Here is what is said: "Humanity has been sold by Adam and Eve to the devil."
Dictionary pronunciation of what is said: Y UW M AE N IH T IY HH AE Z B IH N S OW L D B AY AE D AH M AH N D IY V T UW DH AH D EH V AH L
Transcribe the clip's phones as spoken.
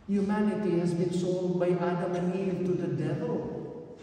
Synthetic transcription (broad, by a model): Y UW M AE N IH T IY HH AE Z B IH N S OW N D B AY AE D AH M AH N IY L T UW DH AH D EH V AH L